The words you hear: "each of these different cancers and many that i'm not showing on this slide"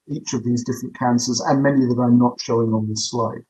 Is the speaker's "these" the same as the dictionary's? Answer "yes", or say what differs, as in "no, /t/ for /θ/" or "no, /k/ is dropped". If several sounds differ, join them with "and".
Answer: yes